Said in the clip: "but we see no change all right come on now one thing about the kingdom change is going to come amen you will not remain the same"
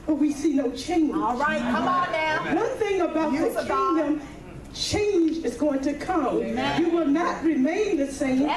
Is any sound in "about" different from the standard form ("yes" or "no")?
no